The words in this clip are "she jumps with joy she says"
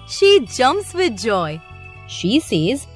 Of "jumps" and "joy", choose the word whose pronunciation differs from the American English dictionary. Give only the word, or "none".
jumps